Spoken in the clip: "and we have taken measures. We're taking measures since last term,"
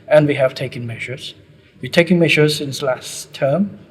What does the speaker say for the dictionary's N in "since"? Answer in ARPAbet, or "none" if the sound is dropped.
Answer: N